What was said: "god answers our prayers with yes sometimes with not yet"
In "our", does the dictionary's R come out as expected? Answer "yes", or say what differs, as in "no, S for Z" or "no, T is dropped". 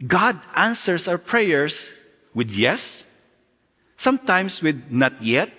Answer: no, W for R